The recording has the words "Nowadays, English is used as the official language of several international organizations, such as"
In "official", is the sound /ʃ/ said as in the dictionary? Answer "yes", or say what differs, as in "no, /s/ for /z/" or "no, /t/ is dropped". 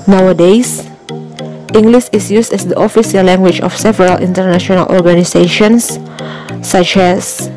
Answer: no, /s/ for /ʃ/